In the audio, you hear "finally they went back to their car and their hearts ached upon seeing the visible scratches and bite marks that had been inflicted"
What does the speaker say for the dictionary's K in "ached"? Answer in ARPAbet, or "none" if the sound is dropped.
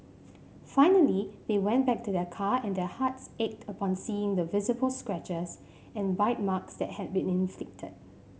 K